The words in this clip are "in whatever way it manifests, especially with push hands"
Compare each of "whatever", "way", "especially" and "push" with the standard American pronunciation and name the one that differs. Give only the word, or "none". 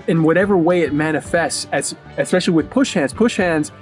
none